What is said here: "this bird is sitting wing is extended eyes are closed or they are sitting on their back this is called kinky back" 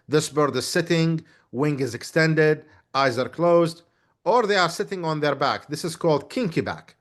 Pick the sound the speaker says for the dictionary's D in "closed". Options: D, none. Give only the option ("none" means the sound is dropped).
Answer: D